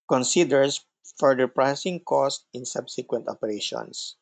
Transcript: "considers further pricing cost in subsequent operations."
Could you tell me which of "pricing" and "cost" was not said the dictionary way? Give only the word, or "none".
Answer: none